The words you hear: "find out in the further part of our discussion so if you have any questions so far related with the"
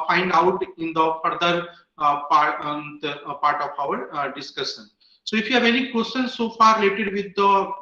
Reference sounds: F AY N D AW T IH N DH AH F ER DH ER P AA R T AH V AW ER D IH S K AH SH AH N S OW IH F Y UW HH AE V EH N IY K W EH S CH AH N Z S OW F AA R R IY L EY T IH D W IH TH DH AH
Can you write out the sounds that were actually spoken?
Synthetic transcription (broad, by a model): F AY N D AW T IH N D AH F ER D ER P AA R T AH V AW ER D IH S K AH SH AH N S OW IH F Y UW HH AE V EH N IY K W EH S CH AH N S S OW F AA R R IY L EY T IH D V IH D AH